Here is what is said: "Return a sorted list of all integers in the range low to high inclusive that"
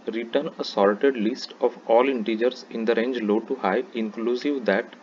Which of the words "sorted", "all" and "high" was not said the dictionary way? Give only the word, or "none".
sorted